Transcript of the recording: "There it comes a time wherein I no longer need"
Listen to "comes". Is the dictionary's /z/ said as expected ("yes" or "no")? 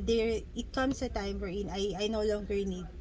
no